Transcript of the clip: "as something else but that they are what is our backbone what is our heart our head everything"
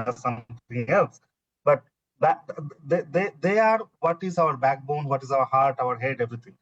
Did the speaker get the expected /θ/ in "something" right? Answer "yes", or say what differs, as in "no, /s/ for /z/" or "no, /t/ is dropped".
no, /t/ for /θ/